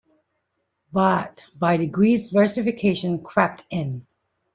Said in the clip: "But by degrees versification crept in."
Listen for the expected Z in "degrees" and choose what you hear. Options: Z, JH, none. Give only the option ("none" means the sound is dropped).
Z